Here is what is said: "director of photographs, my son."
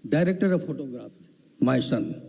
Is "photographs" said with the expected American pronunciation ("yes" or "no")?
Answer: no